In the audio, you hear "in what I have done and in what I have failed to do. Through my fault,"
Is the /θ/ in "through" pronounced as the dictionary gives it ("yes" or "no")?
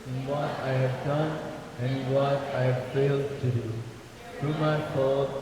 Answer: no